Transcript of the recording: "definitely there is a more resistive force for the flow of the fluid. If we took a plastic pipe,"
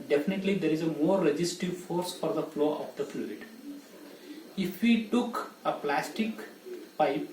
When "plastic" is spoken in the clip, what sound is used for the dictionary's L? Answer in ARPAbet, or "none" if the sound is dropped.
L